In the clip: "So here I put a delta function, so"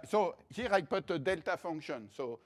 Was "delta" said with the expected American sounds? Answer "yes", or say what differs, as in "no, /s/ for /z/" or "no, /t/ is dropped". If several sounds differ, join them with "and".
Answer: yes